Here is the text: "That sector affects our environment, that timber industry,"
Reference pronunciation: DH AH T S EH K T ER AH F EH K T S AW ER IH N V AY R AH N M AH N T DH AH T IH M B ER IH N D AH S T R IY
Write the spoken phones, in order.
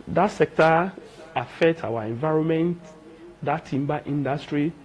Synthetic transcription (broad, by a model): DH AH T S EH K T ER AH F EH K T AW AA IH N V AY R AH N M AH N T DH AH T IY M B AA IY N D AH S T R IY